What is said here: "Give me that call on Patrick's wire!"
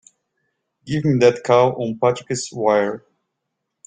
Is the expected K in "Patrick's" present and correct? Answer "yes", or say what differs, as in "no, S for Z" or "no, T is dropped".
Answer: no, K is dropped